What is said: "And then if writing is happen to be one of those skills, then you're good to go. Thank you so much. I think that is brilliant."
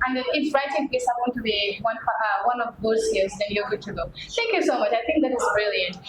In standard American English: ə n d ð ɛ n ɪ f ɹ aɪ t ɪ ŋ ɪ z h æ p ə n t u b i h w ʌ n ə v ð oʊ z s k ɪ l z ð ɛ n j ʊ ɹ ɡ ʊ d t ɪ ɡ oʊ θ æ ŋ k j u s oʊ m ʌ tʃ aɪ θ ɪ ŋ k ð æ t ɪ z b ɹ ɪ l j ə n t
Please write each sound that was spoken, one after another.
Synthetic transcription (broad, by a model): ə n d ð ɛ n ɪ f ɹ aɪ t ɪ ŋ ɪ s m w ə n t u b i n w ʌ n ə v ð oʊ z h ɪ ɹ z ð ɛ n j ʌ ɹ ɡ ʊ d t ɪ ɡ oʊ θ æ ŋ k j u s oʊ m ʌ tʃ aɪ θ ɪ ŋ k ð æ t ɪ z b ɹ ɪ l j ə n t